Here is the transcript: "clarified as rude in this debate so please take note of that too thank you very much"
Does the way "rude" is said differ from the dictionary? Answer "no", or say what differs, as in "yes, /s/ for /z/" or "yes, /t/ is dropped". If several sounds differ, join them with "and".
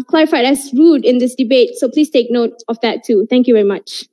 no